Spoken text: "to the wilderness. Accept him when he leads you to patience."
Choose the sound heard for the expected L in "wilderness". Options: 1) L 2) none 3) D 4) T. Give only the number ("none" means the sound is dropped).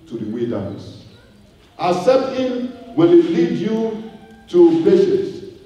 2